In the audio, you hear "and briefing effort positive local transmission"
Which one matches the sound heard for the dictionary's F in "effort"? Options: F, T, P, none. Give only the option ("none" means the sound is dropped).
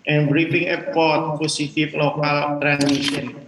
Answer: P